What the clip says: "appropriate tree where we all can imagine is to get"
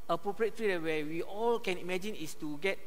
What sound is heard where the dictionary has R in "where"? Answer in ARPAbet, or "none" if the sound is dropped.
W